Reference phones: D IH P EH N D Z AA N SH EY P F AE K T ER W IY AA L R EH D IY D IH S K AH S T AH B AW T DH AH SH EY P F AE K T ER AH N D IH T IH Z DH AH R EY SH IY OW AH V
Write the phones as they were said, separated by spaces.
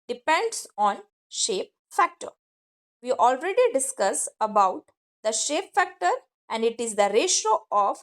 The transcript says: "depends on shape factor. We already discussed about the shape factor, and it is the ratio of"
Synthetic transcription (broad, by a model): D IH P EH N D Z AA N SH EY P F AE K T ER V IY AA L R EH D IY D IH S K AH S AH B AW T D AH SH EY P F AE K T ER AH N D IH T IH Z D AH R EY SH OW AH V